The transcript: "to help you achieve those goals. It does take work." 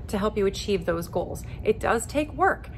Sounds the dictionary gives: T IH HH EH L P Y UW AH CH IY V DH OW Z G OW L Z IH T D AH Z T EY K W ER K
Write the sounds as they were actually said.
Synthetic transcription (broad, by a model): T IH HH EH L P Y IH AH CH IY V DH OW Z G OW L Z IH T D AH Z T EY K W ER K